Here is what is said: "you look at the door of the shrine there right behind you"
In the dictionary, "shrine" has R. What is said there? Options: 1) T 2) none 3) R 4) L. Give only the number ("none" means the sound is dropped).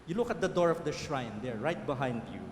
3